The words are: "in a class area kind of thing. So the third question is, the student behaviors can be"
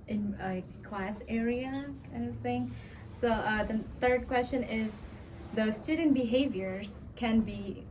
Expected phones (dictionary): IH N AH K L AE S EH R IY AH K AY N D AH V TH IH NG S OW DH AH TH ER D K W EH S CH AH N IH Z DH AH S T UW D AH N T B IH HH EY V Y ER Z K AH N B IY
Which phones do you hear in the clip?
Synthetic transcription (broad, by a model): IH N AH K L AE S EH R IY AH K AY N D AH V TH IH NG S OW DH AH TH ER D K W EH S CH AH N IH Z DH AH S T UW D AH N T B IH HH EY V Y ER Z K AH N B IY